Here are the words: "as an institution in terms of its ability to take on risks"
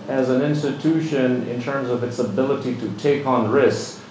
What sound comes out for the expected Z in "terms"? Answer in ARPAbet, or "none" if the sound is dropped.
Z